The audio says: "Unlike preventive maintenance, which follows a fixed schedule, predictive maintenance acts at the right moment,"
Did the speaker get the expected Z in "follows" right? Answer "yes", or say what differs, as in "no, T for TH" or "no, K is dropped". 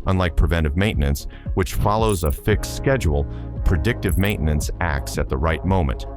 yes